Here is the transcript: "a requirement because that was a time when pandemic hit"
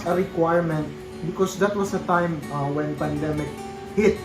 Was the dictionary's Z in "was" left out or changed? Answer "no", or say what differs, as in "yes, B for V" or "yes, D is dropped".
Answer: yes, S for Z